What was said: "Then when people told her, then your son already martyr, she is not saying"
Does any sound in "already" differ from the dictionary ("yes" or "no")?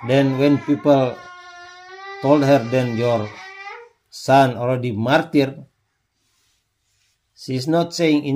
yes